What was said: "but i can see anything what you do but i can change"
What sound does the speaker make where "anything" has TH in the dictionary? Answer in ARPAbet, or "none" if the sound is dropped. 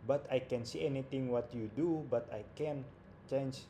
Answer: T